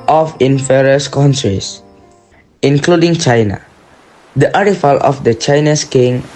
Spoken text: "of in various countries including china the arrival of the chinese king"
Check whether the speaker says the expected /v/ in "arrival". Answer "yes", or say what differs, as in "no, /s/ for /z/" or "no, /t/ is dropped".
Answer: no, /f/ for /v/